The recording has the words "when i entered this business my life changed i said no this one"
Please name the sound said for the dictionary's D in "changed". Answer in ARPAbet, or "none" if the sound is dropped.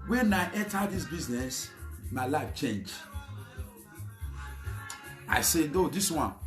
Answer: none